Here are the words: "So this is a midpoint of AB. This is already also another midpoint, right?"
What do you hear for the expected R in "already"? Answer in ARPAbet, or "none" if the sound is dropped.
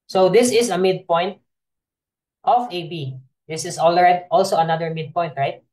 L